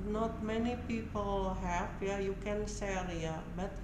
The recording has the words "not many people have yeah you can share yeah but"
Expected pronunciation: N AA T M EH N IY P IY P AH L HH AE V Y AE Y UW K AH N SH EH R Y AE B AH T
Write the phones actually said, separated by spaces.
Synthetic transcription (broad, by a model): N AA T M EH N IY P IY P AH L HH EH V Y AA Y UW K AH N S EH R Y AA B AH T